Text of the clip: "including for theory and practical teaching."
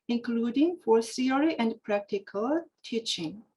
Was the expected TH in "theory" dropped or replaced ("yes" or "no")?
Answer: yes